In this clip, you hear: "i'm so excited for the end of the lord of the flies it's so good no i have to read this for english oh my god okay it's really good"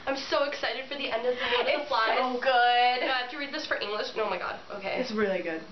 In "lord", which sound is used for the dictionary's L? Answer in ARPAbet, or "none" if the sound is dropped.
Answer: W